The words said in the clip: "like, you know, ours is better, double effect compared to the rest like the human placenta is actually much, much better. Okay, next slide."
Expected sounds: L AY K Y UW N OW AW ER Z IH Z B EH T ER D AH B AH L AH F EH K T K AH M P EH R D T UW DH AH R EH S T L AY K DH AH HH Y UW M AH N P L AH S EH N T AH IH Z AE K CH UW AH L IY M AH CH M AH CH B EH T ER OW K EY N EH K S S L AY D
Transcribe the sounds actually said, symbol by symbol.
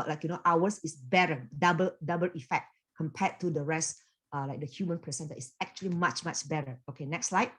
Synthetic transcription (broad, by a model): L AY K Y UW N OW AW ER S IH S B EH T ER D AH B AH L AH F EH K T K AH M P EH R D T UW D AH R EH S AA L AY K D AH HH Y UW M AH N P AH S EH N T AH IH S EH K CH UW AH L IY M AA CH M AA CH B EH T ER OW K EY N EH K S S L AY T